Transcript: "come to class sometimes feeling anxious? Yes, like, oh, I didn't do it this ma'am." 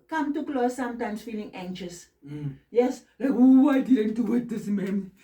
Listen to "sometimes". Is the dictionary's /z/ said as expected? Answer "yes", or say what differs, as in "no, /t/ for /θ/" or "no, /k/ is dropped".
no, /s/ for /z/